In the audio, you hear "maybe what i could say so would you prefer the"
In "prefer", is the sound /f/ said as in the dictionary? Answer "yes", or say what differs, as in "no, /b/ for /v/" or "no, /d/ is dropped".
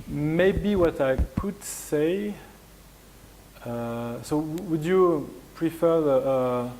yes